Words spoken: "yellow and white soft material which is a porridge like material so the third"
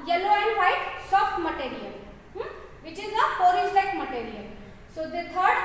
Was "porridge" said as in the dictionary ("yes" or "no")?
no